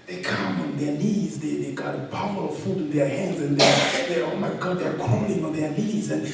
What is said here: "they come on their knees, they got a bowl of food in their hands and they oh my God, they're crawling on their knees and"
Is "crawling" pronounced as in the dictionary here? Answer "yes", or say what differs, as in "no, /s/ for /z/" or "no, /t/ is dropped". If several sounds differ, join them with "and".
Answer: no, /ɹ/ is dropped